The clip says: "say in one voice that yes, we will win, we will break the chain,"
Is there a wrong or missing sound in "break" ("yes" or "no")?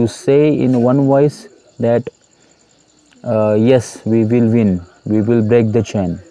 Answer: no